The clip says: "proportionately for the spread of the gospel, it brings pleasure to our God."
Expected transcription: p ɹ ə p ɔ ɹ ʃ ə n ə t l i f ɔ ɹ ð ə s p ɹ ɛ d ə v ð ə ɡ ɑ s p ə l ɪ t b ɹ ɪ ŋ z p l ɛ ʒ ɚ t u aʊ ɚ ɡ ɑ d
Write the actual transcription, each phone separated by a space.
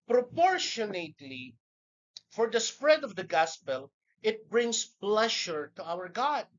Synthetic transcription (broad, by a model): p ɹ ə p ɔ ɹ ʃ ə n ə t l i f ɔ ɹ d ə s p ɹ ɛ d ə v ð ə ɡ ɑ s p ə l ɪ t b ɹ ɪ ŋ s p l ɛ ʃ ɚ t u aʊ ɚ ɡ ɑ d